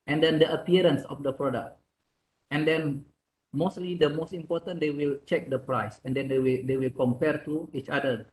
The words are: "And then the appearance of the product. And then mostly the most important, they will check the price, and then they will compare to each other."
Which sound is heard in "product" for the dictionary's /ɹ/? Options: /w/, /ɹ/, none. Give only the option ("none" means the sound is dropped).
/ɹ/